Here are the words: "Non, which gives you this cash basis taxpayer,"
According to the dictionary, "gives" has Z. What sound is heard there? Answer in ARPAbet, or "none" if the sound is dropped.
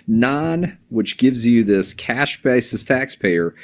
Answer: Z